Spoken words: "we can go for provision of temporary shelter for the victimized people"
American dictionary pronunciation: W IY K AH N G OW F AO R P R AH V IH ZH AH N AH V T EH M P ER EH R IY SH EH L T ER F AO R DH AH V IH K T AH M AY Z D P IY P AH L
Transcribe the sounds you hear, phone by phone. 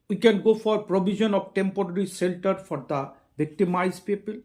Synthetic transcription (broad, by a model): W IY K AH N G OW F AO R P R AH B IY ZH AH N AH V T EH M P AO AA R IY S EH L T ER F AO R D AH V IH K T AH M AY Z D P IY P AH L